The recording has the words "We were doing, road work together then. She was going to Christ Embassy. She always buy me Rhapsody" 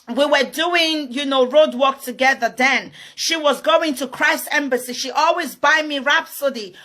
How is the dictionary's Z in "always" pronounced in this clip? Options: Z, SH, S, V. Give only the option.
Z